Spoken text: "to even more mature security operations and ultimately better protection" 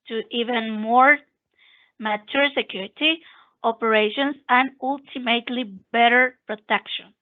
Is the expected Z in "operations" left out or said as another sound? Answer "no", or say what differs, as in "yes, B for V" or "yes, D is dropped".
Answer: yes, S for Z